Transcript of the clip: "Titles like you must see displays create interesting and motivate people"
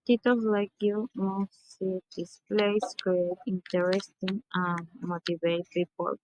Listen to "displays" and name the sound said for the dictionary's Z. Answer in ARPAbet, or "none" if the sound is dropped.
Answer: S